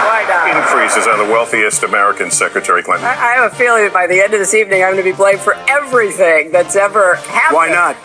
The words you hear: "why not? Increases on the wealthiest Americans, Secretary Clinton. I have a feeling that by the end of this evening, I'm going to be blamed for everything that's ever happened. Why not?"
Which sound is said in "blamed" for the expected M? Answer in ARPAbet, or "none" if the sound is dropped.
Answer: none